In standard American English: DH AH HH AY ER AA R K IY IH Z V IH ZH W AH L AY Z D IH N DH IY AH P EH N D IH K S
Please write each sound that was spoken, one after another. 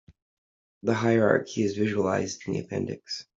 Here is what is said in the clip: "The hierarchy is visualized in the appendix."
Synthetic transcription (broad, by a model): DH AH HH AY ER AA R K IY IH Z V IH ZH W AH L AY Z D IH N DH IY AH P EH N D IH K S